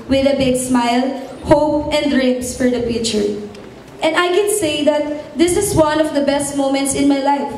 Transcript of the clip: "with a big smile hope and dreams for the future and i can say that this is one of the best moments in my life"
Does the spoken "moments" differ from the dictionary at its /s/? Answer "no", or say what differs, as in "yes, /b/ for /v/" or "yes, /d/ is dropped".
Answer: no